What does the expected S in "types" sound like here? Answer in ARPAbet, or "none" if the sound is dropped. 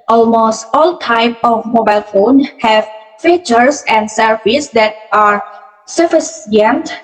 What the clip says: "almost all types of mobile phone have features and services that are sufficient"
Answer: none